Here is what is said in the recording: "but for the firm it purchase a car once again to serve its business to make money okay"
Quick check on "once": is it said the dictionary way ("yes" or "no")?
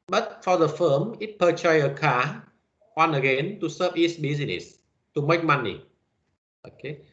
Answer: no